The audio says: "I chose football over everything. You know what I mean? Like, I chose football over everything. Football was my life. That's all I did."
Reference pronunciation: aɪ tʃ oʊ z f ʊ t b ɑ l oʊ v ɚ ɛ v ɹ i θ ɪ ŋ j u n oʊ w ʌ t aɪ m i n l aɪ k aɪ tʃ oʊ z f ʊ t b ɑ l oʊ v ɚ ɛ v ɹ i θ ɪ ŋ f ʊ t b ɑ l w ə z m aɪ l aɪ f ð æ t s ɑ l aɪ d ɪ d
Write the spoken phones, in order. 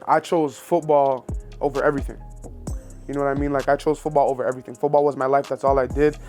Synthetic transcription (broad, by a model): aɪ tʃ oʊ z f ʊ t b ɑ l oʊ v ɚ ɛ v ɹ i θ ɪ ŋ j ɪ n oʊ w ʌ t aɪ m i n l aɪ k aɪ tʃ oʊ z f ʊ t b ɑ l oʊ v ɚ ɛ v ɹ i θ ɪ ŋ f ʊ t b ɑ l w ə z m aɪ l aɪ f ð æ t s ɑ l aɪ d ɪ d